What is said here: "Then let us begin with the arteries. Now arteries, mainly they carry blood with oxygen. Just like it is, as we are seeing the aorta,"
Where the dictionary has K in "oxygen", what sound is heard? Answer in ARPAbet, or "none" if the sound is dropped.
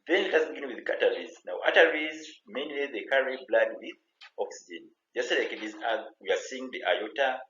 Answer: K